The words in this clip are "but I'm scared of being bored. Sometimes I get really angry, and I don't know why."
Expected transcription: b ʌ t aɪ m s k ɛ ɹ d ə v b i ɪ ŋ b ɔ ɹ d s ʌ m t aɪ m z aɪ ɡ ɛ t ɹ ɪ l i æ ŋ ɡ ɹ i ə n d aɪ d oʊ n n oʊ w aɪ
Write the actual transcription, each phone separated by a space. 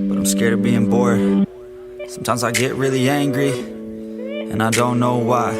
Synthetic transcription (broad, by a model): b ʌ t aɪ m s k ɛ ɹ d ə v b i ɪ ŋ b ɔ ɹ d s ʌ m t aɪ m z aɪ ɡ ɛ t ɹ ɪ l i æ ŋ ɡ ɹ i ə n aɪ d oʊ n n oʊ w aɪ